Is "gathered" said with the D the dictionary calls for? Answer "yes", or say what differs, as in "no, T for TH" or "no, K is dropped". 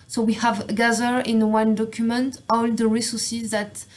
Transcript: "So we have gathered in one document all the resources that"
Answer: no, D is dropped